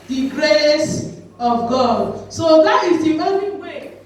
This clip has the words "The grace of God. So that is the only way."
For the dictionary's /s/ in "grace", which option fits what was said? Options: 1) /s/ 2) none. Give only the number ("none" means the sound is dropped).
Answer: 1